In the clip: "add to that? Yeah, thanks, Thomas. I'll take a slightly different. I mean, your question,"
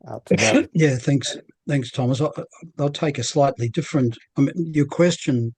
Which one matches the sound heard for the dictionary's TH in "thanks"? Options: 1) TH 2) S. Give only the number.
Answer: 1